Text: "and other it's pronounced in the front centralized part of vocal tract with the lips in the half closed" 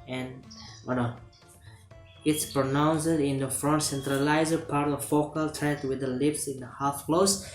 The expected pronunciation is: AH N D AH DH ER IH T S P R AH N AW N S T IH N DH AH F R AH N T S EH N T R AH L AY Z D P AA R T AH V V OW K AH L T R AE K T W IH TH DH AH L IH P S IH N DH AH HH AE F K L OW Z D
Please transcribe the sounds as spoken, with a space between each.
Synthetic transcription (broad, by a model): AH N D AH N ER IH T S P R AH N AW N S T IH N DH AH F R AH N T S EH N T R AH L AY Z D P AA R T AH V F OW K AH L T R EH T W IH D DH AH L IH P S IH N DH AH HH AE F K L OW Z